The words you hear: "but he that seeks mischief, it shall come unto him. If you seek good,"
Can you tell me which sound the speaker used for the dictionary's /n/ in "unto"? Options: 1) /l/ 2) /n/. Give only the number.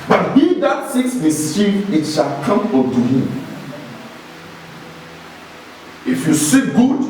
1